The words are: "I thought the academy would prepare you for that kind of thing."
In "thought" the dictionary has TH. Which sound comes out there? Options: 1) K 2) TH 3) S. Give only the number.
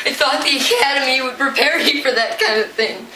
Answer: 3